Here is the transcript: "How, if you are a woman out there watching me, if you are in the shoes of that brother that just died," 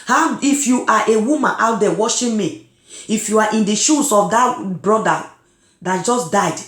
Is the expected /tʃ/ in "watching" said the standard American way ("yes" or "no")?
no